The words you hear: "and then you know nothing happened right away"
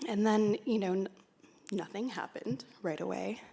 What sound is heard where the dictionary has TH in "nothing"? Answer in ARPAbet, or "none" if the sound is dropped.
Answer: TH